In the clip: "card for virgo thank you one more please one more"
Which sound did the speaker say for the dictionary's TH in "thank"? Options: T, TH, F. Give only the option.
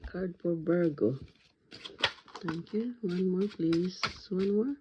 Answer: T